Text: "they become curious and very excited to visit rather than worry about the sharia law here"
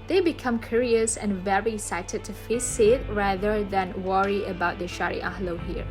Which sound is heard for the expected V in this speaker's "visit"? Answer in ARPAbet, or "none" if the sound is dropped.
F